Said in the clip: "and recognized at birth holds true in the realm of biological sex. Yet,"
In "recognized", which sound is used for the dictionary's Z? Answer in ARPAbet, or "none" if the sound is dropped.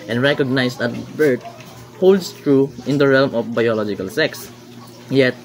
S